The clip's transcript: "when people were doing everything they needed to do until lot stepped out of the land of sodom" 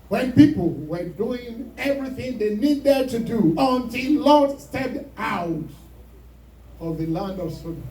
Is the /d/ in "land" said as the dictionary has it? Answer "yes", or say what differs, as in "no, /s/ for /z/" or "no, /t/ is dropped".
yes